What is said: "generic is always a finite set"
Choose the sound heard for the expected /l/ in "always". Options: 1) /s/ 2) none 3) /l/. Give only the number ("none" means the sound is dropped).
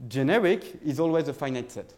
3